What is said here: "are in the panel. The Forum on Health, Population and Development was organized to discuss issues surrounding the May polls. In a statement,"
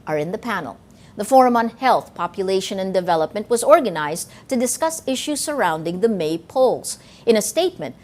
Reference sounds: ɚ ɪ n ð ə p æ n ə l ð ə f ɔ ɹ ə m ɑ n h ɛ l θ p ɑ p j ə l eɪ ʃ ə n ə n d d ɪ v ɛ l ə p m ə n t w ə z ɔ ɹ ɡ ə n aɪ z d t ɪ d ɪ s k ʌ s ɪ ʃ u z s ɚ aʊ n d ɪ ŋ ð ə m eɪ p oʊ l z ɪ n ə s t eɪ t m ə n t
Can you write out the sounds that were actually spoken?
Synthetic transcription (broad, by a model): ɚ ɪ n ð ə p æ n l ð ə f ɔ ɹ ə m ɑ n h ɛ l θ p ɑ p j ə l eɪ ʃ ə n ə n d d ɪ v ɛ l ə p m ə n t w ə z ɔ ɹ ɡ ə n aɪ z t ɪ d ɪ s k ʌ s ɪ ʃ u z s ɚ aʊ n d ɪ ŋ ð ə m eɪ p oʊ l z ɪ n ə s t eɪ t m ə n t